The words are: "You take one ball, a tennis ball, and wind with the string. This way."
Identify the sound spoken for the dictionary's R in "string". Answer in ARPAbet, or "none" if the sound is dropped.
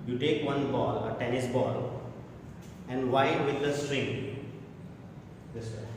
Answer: R